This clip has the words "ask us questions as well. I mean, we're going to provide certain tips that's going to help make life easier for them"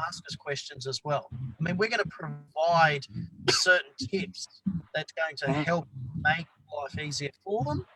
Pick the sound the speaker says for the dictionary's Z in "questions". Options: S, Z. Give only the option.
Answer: Z